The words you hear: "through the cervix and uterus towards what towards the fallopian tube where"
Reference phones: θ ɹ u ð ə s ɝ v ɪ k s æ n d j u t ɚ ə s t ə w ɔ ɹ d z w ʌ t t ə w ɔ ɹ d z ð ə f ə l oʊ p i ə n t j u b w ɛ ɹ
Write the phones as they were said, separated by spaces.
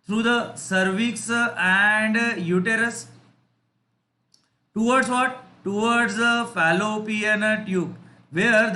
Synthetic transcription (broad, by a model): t ɹ u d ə s ɝ v ɪ k s æ n d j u t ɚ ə s t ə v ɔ ɹ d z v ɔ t t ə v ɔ ɹ d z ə f ə l oʊ p i ə n t j u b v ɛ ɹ